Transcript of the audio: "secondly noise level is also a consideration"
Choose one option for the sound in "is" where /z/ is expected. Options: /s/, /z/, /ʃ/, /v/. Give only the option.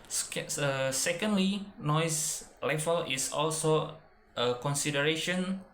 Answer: /s/